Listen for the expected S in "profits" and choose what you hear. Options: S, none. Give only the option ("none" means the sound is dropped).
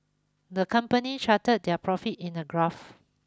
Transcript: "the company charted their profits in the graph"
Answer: none